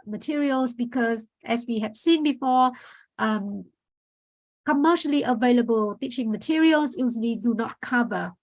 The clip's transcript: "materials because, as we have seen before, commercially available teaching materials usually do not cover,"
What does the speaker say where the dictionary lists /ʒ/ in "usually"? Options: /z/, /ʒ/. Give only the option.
/z/